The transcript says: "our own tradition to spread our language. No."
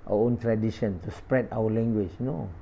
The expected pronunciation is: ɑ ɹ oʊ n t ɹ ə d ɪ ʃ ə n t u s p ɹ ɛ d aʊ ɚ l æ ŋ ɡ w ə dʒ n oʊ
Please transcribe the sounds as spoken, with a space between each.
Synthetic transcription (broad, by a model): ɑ oʊ n t ɹ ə d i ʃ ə n t u s p ɹ ɛ d aʊ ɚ l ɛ ŋ ɡ w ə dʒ n oʊ